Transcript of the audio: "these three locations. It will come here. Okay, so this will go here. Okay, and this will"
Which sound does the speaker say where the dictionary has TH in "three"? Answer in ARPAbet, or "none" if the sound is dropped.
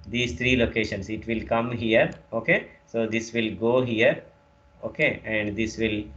T